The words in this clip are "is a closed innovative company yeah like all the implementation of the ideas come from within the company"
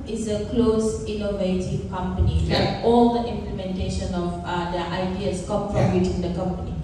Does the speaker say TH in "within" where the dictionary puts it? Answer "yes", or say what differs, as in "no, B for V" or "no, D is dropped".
no, T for TH